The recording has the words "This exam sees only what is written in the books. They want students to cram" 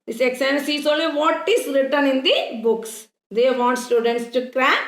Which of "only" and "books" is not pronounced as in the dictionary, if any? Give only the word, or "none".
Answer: only